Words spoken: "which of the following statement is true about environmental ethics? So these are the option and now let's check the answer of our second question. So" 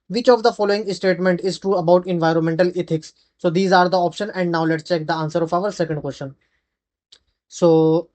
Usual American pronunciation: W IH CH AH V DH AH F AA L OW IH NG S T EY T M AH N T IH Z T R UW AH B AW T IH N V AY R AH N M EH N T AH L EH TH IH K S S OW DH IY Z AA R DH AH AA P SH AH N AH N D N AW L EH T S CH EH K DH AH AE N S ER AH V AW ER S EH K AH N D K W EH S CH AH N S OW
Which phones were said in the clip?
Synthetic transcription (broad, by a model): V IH CH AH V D AH F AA L OW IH NG S T EY T M AH N T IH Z T R UW AH B AW T IH N V AY R AH N M EH N T AH L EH T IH K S S OW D IY Z AA R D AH AA P SH AH N AH N D N AW L EH T S CH EH K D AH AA N S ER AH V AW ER S EH K AH N D K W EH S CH AH N S OW